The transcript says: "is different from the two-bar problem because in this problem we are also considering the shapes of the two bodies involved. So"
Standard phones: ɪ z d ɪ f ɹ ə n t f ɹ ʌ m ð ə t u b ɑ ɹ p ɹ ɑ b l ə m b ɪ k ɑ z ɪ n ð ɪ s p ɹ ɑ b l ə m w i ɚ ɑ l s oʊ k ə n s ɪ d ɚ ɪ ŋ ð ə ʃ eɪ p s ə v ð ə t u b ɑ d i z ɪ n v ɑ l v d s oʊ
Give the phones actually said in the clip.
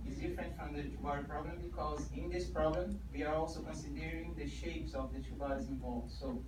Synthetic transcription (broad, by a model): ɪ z d ɪ f ɹ ə n t f ɹ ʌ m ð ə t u b ɑ ɹ p ɹ ɑ b l ə m b ɪ k ɑ z ɪ n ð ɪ s p ɹ ɑ b l ə m w i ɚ ɑ l s oʊ k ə n s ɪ d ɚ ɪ ŋ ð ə ʃ eɪ p s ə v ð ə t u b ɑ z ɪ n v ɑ l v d s oʊ